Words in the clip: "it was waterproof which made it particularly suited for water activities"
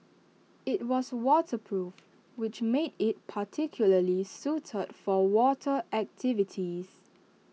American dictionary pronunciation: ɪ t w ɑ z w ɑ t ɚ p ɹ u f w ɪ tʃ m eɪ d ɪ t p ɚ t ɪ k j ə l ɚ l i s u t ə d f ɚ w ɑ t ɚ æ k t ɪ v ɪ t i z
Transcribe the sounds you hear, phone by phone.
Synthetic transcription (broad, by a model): ɪ t w ɑ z w ɑ t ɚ p ɹ u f w ɪ tʃ m eɪ d ɪ t p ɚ t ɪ k j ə l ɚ l i s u t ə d f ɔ w ɑ t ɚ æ k t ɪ v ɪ t i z